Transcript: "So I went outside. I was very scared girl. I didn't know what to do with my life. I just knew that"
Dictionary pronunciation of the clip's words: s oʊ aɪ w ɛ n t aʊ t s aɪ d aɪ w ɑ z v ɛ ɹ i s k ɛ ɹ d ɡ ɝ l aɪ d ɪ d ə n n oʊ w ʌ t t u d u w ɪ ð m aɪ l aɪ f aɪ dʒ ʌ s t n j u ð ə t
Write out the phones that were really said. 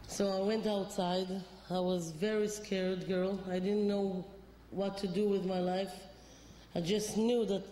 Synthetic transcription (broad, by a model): s oʊ aɪ w ɛ n t aʊ t s aɪ d aɪ w ɑ z v ɛ ɹ i s k ɛ ɹ d ɡ ɝ l aɪ d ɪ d n n oʊ w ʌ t t u d u w ɪ ð m aɪ l aɪ f aɪ dʒ ʌ s t n j u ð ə t